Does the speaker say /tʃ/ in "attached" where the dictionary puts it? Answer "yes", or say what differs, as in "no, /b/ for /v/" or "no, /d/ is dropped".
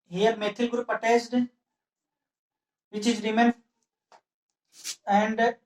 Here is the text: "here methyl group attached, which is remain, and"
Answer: no, /s/ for /tʃ/